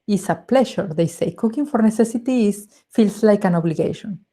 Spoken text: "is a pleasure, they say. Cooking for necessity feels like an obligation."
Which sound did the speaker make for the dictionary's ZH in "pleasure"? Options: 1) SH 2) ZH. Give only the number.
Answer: 1